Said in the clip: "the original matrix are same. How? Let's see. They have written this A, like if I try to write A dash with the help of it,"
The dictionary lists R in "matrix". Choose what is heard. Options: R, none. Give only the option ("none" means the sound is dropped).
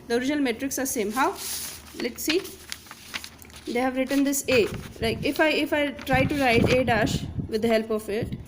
R